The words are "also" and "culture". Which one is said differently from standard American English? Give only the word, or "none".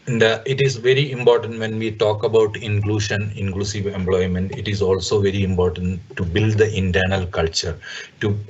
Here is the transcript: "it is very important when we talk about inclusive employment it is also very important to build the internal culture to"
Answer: none